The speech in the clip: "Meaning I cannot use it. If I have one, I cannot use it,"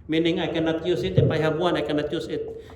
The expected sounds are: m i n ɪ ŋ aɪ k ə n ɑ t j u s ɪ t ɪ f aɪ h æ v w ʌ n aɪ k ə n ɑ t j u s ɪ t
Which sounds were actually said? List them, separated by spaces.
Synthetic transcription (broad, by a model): m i n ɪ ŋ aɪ k ə n ɑ t j u s ɪ t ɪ p aɪ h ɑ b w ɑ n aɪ k ə n ɑ t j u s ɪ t